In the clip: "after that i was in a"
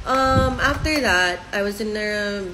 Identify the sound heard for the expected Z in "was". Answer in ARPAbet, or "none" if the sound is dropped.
Z